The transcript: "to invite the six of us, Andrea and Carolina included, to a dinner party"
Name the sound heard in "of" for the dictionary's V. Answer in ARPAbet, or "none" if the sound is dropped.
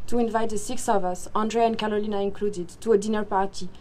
V